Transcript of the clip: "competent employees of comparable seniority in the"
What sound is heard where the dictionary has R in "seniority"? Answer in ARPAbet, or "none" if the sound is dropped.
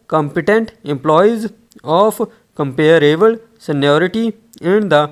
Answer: R